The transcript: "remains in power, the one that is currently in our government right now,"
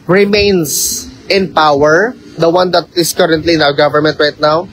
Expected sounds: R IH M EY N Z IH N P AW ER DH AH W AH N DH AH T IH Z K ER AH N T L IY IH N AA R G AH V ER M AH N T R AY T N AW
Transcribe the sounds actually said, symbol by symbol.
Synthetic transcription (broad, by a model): R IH M EY N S IH N P AW ER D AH W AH N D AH T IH S K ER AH N T L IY IH N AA W G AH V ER M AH N T R AY T N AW